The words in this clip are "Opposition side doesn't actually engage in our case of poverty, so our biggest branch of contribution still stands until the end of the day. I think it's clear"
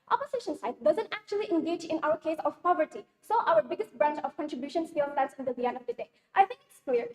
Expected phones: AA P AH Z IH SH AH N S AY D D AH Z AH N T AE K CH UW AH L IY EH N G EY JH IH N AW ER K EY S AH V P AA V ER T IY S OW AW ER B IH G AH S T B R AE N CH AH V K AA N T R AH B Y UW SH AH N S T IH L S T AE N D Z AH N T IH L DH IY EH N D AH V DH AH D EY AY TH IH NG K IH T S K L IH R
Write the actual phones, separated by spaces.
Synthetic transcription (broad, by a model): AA P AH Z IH SH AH N S AY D D AH Z AH N T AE K CH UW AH L IY EH N G EY JH IH N AW ER K EY S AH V P AA V ER T IY S OW AW ER B IH G AH S T B R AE N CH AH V K AA N T R AH B Y UW SH AH N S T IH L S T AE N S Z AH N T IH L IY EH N AH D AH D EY AY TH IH NG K IH T S K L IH R